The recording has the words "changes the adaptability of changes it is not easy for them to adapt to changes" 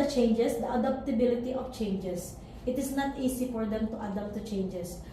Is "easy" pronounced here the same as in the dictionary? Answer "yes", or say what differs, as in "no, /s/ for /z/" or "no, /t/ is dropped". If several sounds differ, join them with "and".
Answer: no, /s/ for /z/